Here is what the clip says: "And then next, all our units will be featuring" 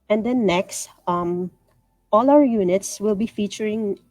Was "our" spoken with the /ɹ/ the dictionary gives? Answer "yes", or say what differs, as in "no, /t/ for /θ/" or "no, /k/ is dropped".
no, /l/ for /ɹ/